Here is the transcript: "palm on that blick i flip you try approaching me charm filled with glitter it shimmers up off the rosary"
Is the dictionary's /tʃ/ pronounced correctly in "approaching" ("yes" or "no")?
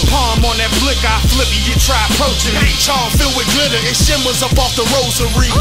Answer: no